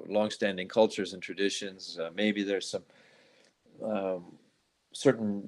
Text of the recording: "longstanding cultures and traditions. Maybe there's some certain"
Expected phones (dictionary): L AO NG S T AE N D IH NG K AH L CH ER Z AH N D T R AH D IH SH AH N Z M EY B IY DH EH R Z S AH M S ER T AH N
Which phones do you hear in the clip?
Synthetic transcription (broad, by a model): L AO NG S T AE N D IH NG K AH L CH ER Z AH N T R AH D IH SH AH N Z M EY B IY DH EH R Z S AH M S ER T N